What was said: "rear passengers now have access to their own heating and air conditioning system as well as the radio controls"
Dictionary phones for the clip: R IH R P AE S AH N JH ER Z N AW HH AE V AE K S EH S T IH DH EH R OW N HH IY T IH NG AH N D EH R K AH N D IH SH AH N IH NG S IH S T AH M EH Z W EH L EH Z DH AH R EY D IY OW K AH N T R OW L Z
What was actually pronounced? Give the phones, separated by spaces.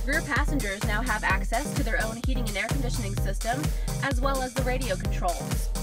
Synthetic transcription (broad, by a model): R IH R P AE S AH N JH ER Z N AW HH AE V AE K S EH S T IH DH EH R OW N HH IY T IH NG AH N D EH R K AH N D IH SH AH N IH NG S IH S T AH M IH Z W EH L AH Z DH AH R EY D IY OW K N T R OW L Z